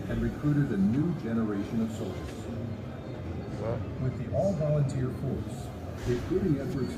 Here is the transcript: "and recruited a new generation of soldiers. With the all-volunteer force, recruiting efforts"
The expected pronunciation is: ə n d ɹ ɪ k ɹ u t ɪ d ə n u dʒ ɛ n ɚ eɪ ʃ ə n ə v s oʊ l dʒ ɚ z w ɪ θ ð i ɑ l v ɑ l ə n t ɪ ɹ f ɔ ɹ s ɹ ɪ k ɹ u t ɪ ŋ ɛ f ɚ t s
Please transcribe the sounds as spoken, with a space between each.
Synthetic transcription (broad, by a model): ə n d ɹ ɪ k ɹ u t ɪ d ə n u dʒ ɛ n ɚ eɪ ʃ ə n ə v s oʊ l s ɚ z w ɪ ð i ɑ l v ɑ l ə n t ɪ ɹ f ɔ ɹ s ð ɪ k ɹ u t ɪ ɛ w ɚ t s